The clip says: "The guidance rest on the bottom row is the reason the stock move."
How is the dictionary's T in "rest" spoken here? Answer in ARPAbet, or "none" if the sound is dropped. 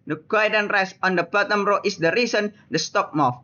none